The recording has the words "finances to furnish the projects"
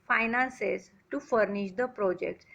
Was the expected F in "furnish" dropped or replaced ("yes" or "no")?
no